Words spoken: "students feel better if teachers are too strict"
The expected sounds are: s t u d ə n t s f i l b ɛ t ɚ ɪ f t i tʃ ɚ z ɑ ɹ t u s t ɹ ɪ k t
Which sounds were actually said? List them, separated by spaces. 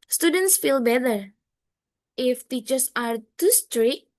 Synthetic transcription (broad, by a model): s t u d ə n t s f i l b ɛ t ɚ ɪ f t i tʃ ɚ s ɑ ɹ t u s t ɹ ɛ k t